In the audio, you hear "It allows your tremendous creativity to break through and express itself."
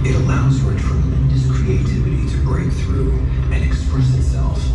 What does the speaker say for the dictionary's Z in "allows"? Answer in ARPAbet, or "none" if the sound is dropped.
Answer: Z